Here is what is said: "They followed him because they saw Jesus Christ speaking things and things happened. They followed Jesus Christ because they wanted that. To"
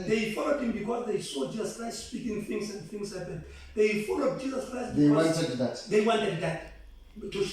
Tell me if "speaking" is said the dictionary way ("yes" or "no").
yes